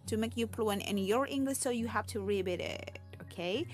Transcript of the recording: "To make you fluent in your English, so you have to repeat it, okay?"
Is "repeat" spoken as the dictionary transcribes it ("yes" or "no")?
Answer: no